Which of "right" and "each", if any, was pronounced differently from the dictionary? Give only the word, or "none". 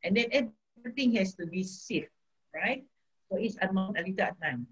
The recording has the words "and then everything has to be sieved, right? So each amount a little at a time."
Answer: each